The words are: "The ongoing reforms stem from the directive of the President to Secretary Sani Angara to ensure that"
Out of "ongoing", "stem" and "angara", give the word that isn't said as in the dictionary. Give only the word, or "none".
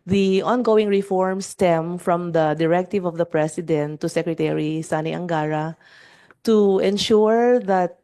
none